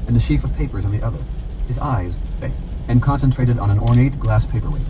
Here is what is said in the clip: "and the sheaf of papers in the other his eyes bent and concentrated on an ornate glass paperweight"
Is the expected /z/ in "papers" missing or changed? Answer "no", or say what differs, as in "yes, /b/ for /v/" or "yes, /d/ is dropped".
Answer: no